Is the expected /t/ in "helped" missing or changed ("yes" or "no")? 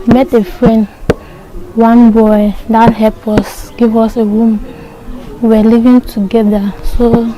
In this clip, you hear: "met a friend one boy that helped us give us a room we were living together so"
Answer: yes